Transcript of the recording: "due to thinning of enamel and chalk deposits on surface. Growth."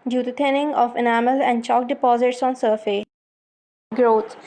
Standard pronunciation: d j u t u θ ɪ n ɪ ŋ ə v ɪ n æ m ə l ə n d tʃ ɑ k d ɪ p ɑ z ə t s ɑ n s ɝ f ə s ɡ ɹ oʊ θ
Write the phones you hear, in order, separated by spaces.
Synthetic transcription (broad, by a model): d j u t u t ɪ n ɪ ŋ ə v ɪ n æ m ə l ə n d tʃ ɑ k d ɪ p ɑ z ə t s ɑ n s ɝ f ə ɡ ɹ oʊ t